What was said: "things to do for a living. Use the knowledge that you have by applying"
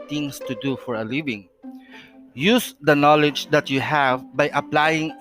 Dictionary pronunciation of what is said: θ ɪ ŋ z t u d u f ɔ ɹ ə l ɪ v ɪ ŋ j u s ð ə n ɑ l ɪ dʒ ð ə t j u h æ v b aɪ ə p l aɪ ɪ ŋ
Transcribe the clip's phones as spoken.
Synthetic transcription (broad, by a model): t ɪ ŋ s t u d u f ɔ ɹ ə l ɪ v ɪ ŋ j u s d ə n ɑ l ɪ dʒ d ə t j u h æ v b aɪ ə p l aɪ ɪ ŋ